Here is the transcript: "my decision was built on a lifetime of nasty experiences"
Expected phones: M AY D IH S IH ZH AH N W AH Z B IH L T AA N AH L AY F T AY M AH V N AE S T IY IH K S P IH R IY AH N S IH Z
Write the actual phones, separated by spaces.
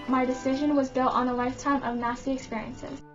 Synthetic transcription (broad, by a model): M AY D IH S IH ZH AH N W AH Z B IH L T N AH L AY F T AY M AH V N AE S T IY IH K S P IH R IY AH N S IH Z